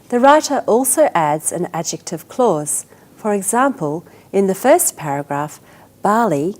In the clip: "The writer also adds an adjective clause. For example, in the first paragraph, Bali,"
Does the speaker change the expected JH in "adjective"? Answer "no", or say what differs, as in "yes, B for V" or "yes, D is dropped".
no